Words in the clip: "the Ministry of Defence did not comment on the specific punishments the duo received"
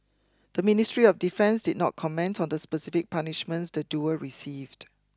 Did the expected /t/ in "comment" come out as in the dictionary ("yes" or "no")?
yes